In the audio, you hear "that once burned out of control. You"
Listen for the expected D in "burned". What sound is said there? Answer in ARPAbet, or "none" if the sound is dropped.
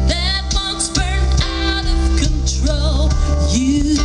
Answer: none